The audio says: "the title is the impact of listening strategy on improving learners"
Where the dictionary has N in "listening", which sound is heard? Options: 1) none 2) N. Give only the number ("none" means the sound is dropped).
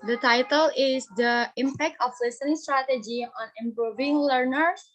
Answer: 1